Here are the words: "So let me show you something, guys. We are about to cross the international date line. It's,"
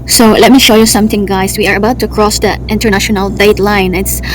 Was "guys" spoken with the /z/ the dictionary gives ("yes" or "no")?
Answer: no